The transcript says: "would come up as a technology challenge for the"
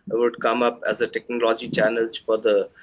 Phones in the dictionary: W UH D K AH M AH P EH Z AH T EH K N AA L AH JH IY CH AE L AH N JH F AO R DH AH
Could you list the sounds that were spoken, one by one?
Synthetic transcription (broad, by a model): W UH D K AH M AH P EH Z AH T EH K N AA L AH JH IY CH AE N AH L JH F AO R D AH